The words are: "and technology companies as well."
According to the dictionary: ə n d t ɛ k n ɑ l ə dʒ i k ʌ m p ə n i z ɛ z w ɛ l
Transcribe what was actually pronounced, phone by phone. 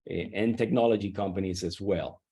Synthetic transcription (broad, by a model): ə n t ɛ k n ɑ l ə dʒ i k ʌ m p ə n i z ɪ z w ɛ l